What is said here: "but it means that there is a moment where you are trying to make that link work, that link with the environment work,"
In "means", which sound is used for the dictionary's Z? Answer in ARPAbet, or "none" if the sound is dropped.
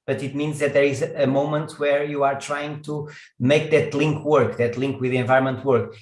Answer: Z